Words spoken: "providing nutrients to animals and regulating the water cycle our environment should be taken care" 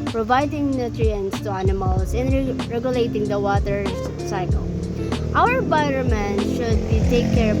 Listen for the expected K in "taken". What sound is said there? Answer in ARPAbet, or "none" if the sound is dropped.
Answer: none